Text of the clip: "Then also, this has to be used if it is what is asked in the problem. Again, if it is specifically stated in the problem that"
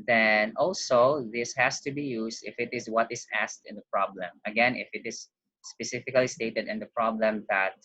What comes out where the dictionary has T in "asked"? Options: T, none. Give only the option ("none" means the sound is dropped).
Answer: T